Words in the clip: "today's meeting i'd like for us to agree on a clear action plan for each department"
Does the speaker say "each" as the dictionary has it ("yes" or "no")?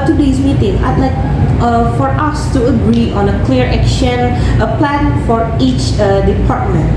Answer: yes